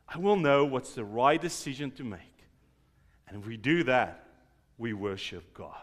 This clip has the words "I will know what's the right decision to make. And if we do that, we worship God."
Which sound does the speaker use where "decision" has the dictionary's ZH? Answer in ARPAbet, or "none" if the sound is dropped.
ZH